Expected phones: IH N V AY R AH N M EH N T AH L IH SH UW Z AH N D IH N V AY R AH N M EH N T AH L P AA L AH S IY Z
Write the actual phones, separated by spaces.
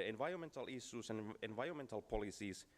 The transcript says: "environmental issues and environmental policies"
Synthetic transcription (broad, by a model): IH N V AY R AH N M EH N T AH L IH S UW S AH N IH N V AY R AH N M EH N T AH L P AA L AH S IY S